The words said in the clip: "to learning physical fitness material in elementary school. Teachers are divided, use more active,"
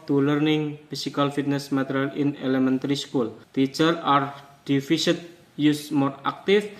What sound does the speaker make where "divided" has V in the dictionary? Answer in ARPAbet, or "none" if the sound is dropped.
F